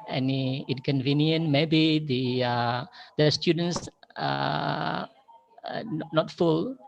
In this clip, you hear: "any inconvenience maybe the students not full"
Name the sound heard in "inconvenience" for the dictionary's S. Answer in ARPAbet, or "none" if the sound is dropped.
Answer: none